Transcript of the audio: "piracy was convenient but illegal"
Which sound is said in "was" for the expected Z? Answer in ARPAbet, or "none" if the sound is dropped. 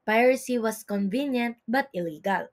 S